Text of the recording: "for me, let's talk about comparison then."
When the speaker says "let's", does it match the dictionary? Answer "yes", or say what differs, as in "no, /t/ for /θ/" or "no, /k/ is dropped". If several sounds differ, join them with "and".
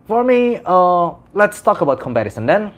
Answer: yes